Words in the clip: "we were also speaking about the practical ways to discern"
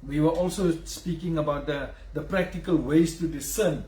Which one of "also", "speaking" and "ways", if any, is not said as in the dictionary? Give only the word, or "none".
ways